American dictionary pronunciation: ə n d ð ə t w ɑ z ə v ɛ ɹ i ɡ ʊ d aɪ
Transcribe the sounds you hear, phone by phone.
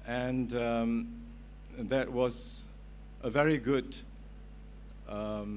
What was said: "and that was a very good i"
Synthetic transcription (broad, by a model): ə n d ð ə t w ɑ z ə v ɛ ɹ i ɡ ʊ d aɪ